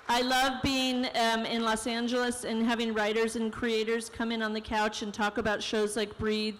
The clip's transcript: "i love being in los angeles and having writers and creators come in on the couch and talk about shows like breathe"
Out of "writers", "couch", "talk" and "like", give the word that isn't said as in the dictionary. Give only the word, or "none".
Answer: none